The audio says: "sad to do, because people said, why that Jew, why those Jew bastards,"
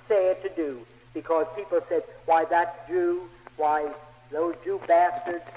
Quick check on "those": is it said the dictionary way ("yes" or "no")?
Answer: yes